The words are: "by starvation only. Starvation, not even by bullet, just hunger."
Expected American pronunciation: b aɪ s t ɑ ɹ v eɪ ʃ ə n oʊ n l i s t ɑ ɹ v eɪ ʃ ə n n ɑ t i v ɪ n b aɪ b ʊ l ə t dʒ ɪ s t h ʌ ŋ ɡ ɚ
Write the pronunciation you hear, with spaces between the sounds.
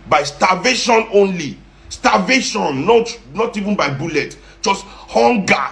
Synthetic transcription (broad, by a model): b aɪ s t ɑ v eɪ ʃ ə n oʊ n l i s t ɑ v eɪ ʃ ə n n ɑ t i v n b aɪ b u l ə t dʒ ɪ s t h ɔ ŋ ɡ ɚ